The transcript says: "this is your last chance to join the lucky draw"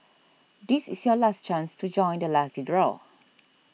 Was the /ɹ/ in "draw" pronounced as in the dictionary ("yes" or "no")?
yes